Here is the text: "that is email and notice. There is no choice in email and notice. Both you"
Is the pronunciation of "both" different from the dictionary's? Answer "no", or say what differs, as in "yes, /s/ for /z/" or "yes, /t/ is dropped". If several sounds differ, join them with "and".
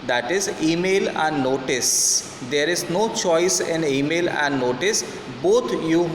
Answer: yes, /t/ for /θ/